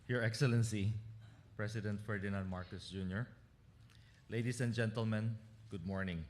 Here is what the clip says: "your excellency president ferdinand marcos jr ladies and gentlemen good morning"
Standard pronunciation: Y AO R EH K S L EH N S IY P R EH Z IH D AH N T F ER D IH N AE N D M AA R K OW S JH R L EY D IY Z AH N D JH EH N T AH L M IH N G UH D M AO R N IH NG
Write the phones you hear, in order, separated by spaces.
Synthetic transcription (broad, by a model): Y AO R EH K S L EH N S IY P R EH S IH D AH N T F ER D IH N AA N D M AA R K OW S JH R L EY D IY S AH N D JH EH N T AH L M IH N G UH D M AO R N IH NG